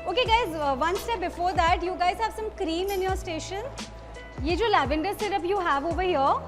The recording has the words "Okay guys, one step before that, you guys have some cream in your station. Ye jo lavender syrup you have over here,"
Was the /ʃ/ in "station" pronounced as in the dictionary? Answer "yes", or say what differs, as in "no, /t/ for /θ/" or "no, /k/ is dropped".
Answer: yes